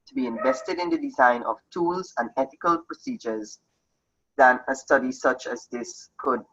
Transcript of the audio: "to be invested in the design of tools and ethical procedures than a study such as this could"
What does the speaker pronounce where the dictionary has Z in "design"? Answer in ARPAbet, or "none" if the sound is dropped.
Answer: Z